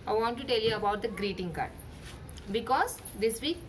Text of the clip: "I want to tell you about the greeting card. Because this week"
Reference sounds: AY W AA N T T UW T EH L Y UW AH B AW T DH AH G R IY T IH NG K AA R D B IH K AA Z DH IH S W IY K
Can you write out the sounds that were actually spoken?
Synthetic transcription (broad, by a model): AY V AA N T T UW T EH L Y UW AH B AW T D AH G R IY T IH NG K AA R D B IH K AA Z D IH S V IY K